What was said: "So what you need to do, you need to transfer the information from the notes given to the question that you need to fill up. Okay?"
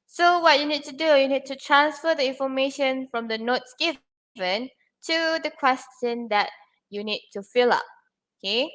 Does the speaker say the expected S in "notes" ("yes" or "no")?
yes